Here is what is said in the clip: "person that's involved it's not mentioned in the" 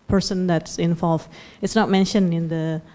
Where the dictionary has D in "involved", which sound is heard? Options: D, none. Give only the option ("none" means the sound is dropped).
none